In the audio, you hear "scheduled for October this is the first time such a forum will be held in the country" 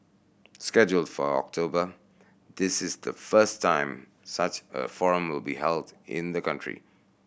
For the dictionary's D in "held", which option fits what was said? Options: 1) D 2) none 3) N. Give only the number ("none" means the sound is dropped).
1